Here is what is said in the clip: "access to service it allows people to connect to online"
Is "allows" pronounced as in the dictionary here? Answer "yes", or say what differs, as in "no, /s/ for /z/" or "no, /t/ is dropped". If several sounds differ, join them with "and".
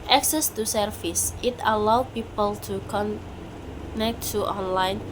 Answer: no, /z/ is dropped